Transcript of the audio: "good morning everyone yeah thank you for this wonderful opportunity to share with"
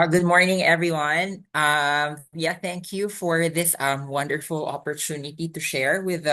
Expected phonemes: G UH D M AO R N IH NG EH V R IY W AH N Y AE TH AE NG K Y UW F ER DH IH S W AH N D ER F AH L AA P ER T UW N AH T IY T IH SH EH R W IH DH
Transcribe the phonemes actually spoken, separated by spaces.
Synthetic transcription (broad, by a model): G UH D M AO R N IH NG EH V R IY W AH N Y AE TH AE NG K Y UW F ER DH IH S W AH N D ER F L AA P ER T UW N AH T IY T IH SH EH R W IH DH